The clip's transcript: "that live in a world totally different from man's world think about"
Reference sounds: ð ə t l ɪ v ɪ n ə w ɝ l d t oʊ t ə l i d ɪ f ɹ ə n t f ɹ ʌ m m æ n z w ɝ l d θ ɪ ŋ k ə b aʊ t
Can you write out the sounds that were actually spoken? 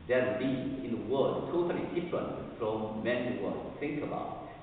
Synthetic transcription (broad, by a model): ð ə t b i ɪ n ə w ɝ d t oʊ t ə l i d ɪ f ɹ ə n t f ɹ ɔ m m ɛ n w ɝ d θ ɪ ŋ k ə b aʊ t